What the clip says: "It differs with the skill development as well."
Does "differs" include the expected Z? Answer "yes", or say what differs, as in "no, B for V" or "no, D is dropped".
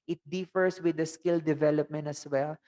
no, S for Z